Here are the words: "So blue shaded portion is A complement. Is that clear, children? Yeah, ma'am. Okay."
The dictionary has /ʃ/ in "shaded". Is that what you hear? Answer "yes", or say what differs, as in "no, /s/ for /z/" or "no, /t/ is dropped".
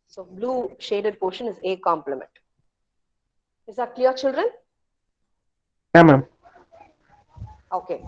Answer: yes